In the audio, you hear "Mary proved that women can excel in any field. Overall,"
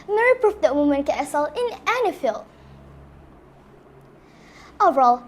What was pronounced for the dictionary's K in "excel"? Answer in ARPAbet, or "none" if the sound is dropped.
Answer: none